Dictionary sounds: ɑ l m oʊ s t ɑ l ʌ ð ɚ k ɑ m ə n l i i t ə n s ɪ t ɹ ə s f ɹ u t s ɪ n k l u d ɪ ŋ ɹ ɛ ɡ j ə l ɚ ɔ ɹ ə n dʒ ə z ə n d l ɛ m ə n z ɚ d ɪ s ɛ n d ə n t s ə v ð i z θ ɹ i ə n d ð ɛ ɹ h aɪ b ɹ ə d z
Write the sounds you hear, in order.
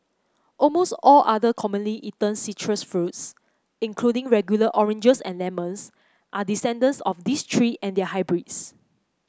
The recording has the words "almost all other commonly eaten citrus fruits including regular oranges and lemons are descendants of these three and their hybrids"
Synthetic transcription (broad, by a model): ɑ l m oʊ s t ɑ l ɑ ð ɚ k ɑ m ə n l i i t ə n s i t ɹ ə s f ɹ u t s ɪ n k l u d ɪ ŋ ɹ ɛ ɡ j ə l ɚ ɔ ɹ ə n dʒ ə s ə n l ɛ m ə n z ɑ d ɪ s ɛ n d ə n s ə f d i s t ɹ i ə n d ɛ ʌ h aɪ b ɹ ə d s